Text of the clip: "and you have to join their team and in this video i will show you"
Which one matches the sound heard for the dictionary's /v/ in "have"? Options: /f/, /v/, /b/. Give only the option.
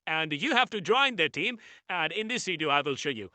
/f/